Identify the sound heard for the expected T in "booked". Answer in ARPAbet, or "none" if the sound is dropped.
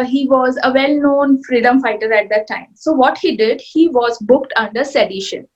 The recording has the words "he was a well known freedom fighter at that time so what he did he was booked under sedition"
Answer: T